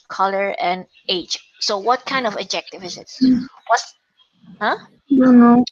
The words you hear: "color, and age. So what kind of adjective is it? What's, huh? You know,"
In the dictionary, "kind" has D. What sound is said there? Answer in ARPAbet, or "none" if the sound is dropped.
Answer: D